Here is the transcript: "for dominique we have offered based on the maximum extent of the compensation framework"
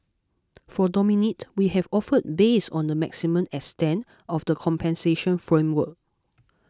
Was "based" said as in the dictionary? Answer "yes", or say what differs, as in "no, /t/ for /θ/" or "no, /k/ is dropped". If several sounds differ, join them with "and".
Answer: no, /t/ is dropped